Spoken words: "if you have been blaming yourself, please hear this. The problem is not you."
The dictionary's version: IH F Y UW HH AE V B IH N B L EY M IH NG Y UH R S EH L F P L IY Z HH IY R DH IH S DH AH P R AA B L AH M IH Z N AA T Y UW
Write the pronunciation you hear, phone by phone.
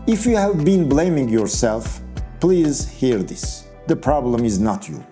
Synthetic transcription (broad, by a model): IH F Y UW HH AE V B IH N B L EY M IH NG Y UH R S EH L F P L IY Z HH IY R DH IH S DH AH P R AA B L AH M IH Z N AA T Y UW